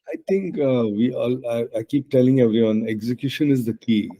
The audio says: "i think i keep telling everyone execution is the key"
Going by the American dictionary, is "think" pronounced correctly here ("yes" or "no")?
no